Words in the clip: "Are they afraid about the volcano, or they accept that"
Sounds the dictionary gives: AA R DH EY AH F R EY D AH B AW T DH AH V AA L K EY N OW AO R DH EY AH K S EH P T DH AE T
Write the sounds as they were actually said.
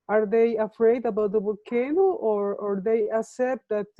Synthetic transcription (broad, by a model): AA R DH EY AH F R EY D AH B AW T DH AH B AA K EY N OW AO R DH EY AH K S EH P T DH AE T